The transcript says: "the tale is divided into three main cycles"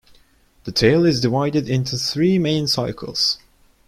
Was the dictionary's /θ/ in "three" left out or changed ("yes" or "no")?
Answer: no